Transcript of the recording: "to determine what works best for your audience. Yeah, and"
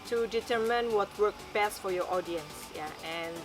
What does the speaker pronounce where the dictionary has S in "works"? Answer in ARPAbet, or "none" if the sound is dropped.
none